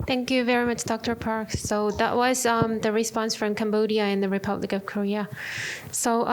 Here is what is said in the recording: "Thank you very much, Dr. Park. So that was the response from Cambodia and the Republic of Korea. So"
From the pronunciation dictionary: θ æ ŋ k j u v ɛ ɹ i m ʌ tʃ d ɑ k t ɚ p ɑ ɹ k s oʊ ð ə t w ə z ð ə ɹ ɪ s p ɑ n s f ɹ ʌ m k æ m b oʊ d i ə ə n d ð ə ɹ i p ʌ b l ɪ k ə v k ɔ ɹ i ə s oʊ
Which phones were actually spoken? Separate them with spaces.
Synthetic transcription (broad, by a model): θ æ ŋ k j u v ɛ ɹ i m ʌ tʃ d ɑ k t ɚ p ɑ ɹ k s oʊ ð ə t w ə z ð ə ɹ ɪ s p ɑ n s f ɹ ʌ m k æ m b oʊ d i ə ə n ð ə ɹ i p ʌ b l ɪ k ə v k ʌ ɹ i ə s oʊ